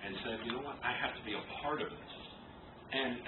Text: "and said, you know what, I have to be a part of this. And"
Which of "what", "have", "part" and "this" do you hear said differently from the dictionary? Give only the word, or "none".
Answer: have